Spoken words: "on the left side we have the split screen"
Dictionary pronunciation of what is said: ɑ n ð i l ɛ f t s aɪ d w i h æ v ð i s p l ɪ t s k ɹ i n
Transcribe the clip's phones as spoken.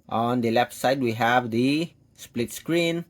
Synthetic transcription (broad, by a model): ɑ n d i l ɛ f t s aɪ d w i h æ v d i s p l ɪ t s k ɹ i n